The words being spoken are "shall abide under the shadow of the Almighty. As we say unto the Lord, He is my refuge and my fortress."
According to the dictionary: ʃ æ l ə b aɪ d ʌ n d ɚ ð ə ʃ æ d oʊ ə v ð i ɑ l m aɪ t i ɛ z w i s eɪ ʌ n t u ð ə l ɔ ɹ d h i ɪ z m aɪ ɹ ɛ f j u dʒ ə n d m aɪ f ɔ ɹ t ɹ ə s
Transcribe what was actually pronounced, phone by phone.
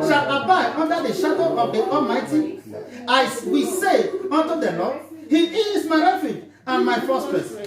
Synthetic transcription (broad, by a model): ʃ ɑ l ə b aɪ ʌ n d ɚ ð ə ʃ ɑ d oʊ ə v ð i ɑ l m aɪ t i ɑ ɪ w i s eɪ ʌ n t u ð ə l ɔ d h i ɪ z m aɪ ɹ ɛ f j u dʒ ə n m aɪ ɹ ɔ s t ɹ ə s